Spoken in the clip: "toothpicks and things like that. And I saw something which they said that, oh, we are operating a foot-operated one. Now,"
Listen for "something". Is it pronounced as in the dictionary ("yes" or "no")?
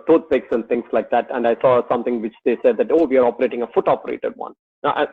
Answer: no